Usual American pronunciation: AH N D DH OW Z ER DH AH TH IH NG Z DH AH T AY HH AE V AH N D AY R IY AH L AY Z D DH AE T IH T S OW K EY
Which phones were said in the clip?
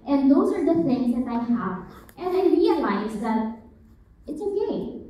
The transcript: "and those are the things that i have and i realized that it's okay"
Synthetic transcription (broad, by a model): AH N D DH OW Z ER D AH F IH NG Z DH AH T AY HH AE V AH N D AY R IY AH L AY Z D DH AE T IH T S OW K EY